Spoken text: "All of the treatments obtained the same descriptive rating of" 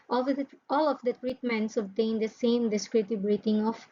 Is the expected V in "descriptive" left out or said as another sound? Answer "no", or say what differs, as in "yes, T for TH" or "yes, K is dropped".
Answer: yes, B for V